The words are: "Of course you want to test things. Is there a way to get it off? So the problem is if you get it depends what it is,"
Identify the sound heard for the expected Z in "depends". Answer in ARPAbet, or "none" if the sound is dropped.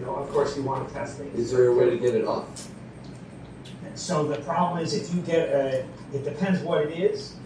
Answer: Z